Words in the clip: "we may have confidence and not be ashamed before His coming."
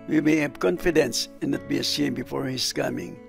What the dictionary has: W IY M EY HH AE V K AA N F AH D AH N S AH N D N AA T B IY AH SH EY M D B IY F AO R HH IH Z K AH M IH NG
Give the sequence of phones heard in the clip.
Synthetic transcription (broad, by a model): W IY M EY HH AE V K AA N F AH D AH N S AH N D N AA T B IY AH S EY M B IY F AO R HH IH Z K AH M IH NG